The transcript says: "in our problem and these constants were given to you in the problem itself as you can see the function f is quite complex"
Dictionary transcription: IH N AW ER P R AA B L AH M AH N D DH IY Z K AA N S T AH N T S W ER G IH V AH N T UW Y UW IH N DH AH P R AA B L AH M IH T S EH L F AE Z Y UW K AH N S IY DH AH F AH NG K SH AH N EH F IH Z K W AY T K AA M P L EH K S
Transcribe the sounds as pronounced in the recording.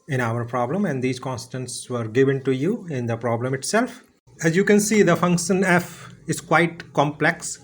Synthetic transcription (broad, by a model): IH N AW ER P R AA B L AH M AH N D IY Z K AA N S T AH N S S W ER G IH V AH N T UW Y UW IH N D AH P R AA B L AH M IH T S EH L F AE Z Y UW K AH N S IY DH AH F AH NG K SH AH N EH F IH Z K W AY T K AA M P L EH K S